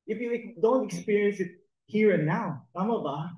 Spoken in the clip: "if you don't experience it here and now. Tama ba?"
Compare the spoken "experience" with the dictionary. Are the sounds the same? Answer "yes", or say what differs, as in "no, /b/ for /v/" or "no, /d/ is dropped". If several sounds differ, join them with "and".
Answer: yes